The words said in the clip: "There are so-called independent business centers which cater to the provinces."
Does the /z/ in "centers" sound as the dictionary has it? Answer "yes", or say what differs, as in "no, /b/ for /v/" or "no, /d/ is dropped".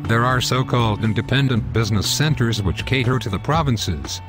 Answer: yes